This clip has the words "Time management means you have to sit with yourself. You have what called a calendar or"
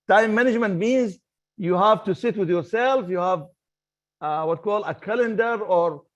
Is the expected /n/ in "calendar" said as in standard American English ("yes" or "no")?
yes